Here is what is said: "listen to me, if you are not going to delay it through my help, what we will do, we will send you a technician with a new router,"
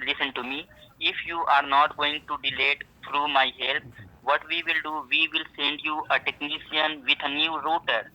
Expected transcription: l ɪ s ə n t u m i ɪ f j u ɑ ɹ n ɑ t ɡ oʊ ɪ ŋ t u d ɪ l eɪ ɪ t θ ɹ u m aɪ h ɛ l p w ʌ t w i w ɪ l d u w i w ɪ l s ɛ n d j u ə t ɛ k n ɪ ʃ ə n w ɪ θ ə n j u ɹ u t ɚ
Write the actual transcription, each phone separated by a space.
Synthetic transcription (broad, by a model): l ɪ s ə n t u m i ɪ f j u ɑ ɹ n ɑ t ɡ oʊ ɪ ŋ t u d ɪ l eɪ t t ɹ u m aɪ h ɛ l p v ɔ t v i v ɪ l d u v i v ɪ l s ɛ n d j u ə t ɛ k n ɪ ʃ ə n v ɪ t ə n j u ɹ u t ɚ